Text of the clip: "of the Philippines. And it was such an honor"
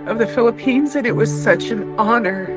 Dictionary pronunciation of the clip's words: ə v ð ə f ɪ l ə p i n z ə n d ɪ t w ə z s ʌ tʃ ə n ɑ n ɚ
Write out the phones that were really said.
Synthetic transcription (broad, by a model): ə v ð ə f ɪ l ə p i n z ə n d ɪ t w ə z s ʌ tʃ ə n ɑ n ɚ